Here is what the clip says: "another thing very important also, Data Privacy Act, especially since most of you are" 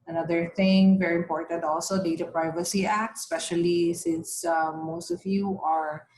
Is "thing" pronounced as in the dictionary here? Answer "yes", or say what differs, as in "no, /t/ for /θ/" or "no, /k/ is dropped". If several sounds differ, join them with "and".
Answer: no, /t/ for /θ/